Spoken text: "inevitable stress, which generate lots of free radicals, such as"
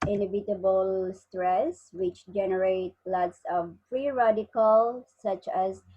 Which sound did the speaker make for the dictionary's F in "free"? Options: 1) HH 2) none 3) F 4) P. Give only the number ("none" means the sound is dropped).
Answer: 4